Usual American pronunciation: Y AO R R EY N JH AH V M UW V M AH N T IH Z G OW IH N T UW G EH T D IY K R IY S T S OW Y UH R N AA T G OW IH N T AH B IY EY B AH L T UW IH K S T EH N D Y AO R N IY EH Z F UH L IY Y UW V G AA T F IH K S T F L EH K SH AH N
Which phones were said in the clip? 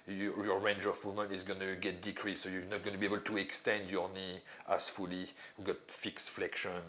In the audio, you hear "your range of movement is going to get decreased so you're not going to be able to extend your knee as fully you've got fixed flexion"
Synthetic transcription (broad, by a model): Y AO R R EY N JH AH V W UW M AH N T IH Z G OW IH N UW G EH T D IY K R IY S S OW Y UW N AA T G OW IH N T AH B IY EY B AH L T UW IH K S T EH N D Y AO R N IY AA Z F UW L IY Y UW G AA T F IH K S F L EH K SH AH N